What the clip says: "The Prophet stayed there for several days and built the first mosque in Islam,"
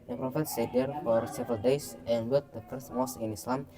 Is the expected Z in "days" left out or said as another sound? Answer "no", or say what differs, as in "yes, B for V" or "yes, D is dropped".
yes, S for Z